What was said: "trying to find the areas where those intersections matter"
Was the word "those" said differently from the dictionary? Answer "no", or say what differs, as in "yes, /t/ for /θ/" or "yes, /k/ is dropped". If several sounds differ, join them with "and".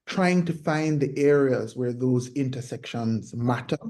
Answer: no